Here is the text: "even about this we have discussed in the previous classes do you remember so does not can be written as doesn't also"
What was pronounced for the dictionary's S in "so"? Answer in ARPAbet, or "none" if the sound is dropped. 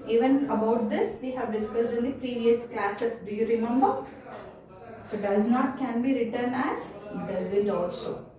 S